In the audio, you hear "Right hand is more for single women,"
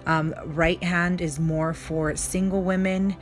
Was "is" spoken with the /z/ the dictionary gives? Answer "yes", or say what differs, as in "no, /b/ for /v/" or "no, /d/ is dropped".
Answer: yes